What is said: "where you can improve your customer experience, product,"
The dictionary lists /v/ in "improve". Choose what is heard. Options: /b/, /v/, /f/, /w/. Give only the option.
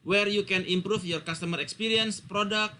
/f/